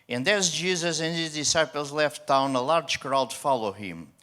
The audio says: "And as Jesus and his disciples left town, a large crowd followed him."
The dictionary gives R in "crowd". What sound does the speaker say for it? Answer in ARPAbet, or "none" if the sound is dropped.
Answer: R